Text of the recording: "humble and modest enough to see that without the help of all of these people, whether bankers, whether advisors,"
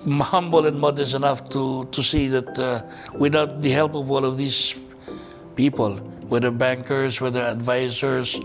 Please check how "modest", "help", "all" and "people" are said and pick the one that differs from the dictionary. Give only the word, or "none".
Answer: modest